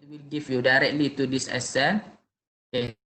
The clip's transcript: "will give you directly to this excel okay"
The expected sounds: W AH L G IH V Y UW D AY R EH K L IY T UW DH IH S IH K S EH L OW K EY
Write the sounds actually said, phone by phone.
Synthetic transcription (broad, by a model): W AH L G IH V Y UW D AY R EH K L IY T UW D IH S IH S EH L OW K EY